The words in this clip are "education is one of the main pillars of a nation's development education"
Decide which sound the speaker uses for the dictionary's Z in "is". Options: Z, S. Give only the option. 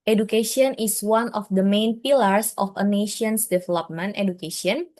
S